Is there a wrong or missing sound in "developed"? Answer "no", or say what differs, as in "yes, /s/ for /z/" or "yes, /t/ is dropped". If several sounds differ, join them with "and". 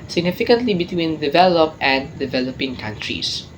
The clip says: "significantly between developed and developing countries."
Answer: yes, /t/ is dropped